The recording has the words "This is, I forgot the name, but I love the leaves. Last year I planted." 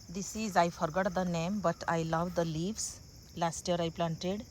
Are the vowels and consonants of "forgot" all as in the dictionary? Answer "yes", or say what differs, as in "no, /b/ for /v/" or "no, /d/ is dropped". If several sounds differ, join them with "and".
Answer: yes